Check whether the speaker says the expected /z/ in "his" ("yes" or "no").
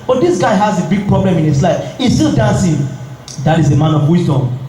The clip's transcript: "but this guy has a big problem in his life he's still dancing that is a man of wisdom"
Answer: no